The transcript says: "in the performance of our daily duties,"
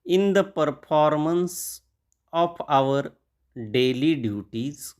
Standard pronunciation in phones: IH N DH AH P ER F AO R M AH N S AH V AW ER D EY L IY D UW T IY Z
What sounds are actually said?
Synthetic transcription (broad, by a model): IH N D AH P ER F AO R M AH N S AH P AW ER D EY L IY D UW T IY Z